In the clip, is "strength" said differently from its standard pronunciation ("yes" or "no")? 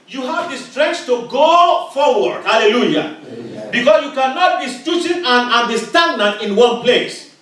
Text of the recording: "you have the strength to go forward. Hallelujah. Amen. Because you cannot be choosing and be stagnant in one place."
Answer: yes